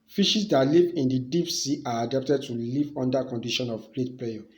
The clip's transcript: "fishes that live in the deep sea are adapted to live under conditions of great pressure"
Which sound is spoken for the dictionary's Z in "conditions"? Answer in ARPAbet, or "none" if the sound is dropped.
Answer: none